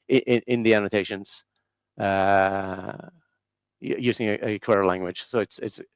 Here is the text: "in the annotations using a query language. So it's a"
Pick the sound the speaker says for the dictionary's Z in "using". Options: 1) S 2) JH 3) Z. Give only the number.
3